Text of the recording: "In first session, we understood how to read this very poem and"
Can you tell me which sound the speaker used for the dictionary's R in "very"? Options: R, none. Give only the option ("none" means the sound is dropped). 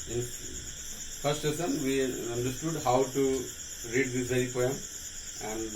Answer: none